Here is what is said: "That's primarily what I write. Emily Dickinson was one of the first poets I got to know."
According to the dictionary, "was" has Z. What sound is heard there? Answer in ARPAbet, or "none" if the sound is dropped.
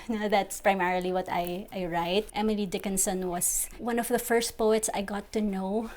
S